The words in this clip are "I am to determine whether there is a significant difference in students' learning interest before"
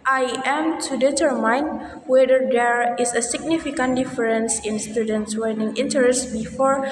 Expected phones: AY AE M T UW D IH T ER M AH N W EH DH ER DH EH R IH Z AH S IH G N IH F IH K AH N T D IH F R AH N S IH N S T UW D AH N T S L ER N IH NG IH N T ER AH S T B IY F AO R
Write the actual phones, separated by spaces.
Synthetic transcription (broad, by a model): AY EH M T UW D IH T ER M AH N W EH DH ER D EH R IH S AH S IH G N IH F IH K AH N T D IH F R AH N S IH N S T UW D AH N T S W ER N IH NG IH N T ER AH S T B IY F AO R